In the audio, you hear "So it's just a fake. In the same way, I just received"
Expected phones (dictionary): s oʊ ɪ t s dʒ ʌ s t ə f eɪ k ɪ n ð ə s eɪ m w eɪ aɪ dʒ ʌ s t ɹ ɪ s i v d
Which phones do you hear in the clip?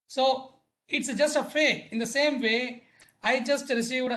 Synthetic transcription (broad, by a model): s oʊ ɪ t s dʒ ʌ s t ə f eɪ ɪ n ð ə s eɪ m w eɪ aɪ dʒ ʌ s t ɹ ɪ s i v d